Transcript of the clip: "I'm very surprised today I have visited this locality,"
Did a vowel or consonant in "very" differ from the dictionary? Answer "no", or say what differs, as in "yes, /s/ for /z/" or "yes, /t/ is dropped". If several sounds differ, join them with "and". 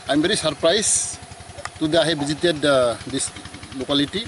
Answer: yes, /b/ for /v/